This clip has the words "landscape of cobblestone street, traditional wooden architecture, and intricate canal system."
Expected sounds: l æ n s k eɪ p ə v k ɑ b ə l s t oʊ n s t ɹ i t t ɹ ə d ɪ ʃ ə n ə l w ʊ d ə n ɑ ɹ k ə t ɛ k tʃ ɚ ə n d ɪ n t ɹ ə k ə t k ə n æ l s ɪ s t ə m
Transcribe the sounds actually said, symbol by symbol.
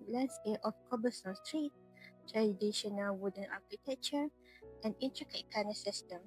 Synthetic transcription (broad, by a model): l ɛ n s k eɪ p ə f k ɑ b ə s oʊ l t ɹ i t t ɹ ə d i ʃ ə n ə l w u d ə n ɑ k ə t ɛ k tʃ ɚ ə n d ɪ n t ɹ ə k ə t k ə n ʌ s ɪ s t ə m